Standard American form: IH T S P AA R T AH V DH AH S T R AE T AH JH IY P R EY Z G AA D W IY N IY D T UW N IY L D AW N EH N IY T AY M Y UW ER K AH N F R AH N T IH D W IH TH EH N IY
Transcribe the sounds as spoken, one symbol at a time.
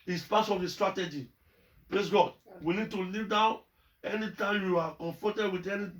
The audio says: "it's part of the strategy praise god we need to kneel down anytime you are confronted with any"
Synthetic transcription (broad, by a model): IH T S P AA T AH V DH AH S T R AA T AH JH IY P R EY S G AA D W IY L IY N T UW L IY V D AW N EH N IY T AY M Y UW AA K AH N F R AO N T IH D W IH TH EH N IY